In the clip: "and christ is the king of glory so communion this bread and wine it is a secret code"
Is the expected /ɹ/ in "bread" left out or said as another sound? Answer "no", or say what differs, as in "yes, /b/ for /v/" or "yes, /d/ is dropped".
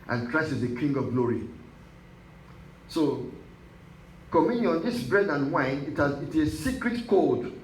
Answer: no